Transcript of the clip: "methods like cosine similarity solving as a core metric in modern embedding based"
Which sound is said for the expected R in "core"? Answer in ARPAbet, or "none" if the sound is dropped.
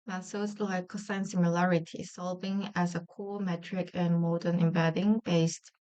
L